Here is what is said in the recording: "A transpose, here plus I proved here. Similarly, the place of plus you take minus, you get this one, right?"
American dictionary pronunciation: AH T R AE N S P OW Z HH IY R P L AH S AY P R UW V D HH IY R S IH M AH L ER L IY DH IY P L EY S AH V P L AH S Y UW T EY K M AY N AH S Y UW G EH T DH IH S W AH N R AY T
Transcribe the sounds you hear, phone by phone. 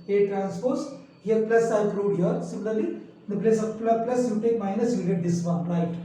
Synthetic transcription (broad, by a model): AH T R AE N S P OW S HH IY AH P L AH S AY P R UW D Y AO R S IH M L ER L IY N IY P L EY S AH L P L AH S Y UW T EY K M AY N AH S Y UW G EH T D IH S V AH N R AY T